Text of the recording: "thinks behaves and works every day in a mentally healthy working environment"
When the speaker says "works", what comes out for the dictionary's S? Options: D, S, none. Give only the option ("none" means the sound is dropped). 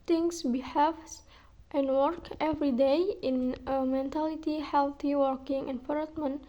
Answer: none